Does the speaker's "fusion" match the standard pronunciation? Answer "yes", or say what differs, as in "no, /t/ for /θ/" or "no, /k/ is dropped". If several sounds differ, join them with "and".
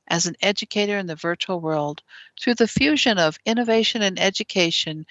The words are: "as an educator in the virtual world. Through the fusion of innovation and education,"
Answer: yes